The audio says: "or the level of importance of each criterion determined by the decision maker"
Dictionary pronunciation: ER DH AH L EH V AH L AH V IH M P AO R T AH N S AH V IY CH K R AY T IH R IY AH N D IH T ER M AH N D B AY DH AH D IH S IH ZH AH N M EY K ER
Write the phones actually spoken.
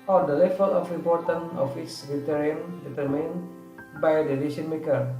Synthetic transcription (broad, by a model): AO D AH L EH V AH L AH F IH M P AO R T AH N AH F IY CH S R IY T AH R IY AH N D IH T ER M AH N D B AY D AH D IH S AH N M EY K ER